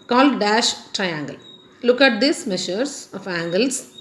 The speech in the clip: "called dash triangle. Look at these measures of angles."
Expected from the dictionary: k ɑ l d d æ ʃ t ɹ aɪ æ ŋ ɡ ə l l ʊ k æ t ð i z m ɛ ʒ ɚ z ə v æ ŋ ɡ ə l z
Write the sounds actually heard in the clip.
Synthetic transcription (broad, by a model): k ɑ l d d æ ʃ t ɹ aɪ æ ŋ ɡ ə l l ʊ k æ t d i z m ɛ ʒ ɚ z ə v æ ŋ ɡ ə l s